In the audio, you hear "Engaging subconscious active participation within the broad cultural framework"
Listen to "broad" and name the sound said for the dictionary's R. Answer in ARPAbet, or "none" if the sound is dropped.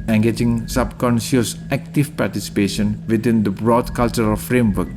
R